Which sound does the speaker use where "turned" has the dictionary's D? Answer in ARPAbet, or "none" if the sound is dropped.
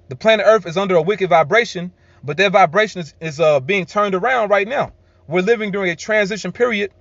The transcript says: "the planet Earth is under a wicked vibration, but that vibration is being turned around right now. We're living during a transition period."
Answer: D